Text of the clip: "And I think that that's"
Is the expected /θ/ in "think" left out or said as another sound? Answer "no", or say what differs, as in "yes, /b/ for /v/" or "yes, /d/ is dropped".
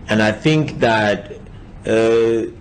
no